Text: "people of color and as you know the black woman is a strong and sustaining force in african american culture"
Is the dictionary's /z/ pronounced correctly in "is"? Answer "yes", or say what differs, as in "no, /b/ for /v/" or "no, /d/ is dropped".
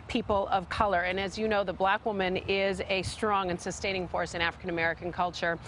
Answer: yes